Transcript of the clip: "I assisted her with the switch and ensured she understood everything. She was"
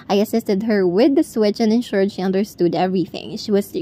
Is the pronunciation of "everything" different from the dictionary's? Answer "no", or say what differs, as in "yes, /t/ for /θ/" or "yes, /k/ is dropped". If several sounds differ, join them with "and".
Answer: no